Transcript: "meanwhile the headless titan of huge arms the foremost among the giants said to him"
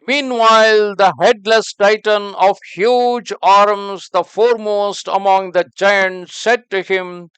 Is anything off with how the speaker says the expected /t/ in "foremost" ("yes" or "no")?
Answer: no